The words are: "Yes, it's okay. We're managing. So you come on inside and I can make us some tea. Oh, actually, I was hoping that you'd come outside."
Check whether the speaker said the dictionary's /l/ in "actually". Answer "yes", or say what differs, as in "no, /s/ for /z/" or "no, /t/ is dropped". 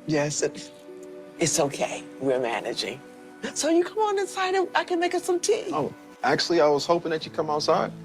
yes